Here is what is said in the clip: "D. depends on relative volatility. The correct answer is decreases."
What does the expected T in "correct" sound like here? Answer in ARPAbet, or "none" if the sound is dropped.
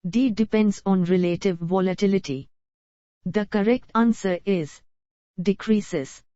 T